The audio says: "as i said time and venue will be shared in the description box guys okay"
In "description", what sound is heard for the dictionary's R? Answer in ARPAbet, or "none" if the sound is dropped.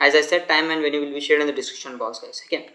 none